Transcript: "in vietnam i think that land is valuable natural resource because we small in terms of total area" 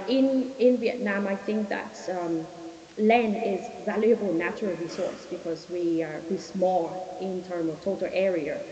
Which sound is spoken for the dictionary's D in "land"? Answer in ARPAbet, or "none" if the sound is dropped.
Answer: none